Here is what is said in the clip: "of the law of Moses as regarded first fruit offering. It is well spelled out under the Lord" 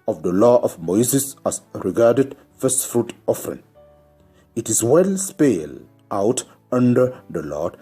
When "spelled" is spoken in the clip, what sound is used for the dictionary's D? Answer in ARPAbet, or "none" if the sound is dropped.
none